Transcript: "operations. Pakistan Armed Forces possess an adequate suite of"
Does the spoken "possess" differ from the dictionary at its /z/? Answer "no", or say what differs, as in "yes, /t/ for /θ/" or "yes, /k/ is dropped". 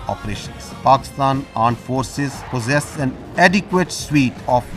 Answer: no